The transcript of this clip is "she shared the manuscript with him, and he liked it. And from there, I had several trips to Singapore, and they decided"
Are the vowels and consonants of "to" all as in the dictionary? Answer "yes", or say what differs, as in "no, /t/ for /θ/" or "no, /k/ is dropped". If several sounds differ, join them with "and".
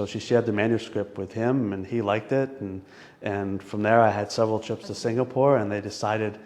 yes